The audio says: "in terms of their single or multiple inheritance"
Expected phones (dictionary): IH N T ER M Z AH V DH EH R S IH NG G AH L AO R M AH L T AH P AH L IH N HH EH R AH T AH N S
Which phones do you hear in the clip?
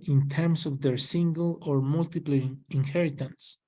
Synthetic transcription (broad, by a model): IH N T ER M S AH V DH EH R S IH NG G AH L AO R M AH L T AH P L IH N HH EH R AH T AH N S